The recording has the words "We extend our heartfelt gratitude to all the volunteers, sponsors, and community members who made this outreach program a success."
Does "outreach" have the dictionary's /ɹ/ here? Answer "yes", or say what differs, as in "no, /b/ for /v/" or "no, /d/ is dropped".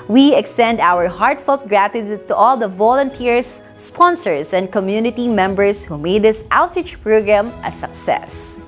yes